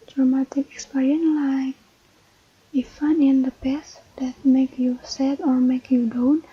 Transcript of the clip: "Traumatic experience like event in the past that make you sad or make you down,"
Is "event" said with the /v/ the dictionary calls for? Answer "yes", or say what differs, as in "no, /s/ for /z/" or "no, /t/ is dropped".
no, /f/ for /v/